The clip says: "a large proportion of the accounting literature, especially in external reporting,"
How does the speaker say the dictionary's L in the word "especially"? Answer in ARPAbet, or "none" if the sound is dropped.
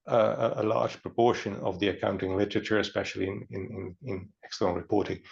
N